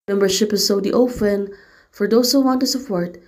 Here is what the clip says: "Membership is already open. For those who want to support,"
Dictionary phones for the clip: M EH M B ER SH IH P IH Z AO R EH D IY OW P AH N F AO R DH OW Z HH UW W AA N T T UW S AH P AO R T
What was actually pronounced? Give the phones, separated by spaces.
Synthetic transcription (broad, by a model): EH M B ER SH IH P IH S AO UH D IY OW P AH N F AO R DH OW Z HH UW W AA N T T UW S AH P AO R T